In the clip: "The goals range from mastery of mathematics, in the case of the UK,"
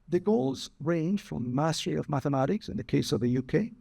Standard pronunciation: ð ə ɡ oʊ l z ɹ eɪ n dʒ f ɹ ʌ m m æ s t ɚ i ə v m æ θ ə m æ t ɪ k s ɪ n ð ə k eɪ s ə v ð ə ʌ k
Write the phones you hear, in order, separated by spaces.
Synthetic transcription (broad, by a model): ð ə ɡ oʊ l z ɹ eɪ n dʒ f ɹ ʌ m m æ s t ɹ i ə v m æ θ ə m æ t ɪ k s ɪ n ð ə k eɪ s ə v ð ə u k